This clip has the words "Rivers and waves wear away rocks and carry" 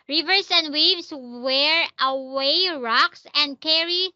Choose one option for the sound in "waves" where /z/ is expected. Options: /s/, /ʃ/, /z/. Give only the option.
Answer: /s/